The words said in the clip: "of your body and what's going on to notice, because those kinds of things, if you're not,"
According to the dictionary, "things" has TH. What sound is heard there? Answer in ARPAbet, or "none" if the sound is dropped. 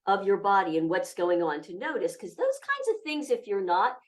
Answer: TH